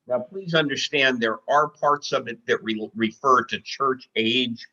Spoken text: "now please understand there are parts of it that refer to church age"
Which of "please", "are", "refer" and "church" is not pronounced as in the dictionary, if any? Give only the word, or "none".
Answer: none